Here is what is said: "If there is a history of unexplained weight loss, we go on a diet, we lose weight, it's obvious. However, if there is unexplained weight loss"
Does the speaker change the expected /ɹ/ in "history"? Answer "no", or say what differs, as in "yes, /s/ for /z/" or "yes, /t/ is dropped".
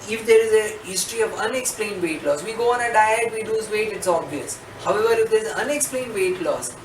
no